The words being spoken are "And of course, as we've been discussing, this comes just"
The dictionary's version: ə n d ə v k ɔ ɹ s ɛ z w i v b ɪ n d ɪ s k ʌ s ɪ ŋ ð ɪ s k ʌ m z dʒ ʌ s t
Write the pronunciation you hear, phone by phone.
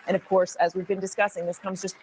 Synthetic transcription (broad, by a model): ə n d ə v k ɔ ɹ s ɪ z w i v b ɪ n d ɪ s k ʌ s ɪ ŋ ð ɪ s k ʌ m z dʒ ʌ s t